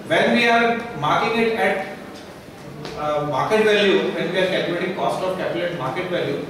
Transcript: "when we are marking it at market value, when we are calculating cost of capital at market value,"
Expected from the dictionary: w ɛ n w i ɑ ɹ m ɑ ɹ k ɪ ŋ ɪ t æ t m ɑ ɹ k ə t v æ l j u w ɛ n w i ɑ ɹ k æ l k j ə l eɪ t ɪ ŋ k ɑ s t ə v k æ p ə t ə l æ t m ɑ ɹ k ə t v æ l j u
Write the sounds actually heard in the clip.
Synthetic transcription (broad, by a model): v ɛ n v i ɑ ɹ m ɑ ɹ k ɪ ŋ ɪ t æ t m ɑ ɹ k ə t v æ l j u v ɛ n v i ɑ ɹ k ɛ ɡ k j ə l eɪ t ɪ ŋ k ɑ s t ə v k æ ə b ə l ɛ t m ɑ ɹ k ə t v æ l j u